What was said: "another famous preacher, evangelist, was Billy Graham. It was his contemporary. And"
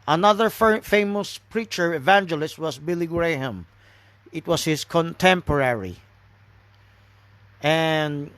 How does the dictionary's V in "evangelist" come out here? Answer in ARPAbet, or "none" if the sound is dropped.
V